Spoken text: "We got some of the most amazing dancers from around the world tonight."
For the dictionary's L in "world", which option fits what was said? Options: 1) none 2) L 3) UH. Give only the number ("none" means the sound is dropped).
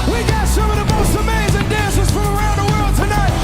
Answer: 2